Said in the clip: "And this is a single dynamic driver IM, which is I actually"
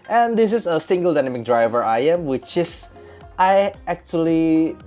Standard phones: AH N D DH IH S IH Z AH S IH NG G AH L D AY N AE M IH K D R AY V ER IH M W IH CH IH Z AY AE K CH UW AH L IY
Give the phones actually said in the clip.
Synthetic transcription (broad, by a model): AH N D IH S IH S AH S IH NG G AH L D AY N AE M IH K D R AY V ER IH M W IH CH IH S AY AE K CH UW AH L IY